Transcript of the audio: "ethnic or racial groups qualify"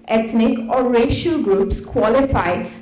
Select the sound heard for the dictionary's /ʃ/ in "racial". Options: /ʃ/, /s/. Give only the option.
/ʃ/